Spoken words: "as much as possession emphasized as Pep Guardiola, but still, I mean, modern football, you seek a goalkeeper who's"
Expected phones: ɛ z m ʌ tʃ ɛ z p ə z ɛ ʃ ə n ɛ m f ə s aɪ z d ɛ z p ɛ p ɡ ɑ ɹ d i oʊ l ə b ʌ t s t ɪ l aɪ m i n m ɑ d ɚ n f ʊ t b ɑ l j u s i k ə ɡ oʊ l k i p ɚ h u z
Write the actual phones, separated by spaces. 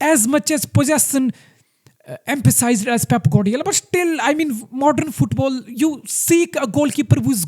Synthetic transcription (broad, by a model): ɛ z m ʌ tʃ ɛ z p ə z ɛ s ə n ɛ m f ə s aɪ z d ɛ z p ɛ p ɡ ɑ d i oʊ l b ʌ t s t ɪ l aɪ m i n m ɑ d ɚ n f ʊ t b ɑ l j u s i k ə ɡ oʊ l k i p ɚ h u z